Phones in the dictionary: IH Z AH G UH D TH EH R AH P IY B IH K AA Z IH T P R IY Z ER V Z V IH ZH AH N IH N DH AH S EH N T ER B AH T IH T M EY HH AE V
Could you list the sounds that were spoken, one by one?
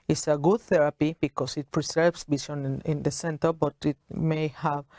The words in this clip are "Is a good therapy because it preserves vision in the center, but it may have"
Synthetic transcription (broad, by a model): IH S AH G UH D TH EH R AH P IY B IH K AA S IH T P R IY S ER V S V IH S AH N IH N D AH S EH N T ER B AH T IH T M EY HH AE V